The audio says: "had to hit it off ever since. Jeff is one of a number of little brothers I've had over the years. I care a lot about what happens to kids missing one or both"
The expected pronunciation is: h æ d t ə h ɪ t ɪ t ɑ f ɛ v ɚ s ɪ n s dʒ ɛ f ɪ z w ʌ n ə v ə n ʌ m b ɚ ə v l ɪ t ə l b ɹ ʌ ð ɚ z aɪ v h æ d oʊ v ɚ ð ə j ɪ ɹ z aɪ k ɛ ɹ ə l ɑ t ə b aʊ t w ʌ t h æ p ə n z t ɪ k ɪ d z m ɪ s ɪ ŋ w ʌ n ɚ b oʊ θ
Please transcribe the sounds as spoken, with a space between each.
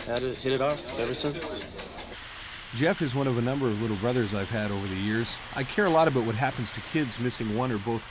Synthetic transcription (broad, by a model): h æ d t h ɪ t ɪ t ɑ f ɛ v ɚ s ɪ n s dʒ ɛ f ɪ z w ʌ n ə v ə n ʌ m b ɚ ə v l ɪ t l b ɹ ʌ ð ɚ z aɪ v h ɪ d oʊ v ɚ ð ə j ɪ ɹ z aɪ k ɛ ɹ ə l ɑ t ə b aʊ t w ʌ t h æ p n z t ɪ k ɪ d z m ɪ s ɪ ŋ w ʌ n ɚ b oʊ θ